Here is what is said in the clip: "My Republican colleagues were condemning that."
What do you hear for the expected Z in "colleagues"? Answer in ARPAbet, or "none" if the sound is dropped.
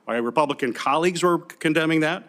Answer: Z